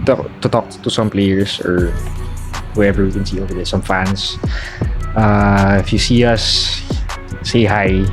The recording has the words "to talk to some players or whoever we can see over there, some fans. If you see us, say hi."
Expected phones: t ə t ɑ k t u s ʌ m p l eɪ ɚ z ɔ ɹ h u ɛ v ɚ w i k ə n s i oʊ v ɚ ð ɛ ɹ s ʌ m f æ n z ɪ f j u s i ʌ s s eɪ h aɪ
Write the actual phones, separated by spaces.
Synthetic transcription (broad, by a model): t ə t ɑ k t u s ʌ m p l eɪ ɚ s ɔ ɹ h u ɛ v ɚ w i k ə n s i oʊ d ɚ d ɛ s ʌ m f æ n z ɪ f j u s i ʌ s s eɪ h aɪ